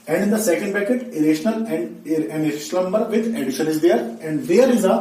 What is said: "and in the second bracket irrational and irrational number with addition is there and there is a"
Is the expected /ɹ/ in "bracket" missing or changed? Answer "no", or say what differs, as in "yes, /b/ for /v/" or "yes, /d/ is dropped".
yes, /ɹ/ is dropped